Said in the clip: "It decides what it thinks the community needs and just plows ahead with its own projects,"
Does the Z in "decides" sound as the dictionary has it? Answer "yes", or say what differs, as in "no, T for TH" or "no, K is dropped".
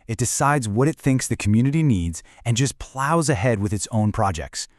yes